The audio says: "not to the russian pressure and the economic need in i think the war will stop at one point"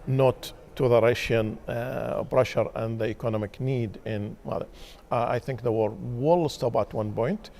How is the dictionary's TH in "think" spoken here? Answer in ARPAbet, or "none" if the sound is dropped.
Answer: TH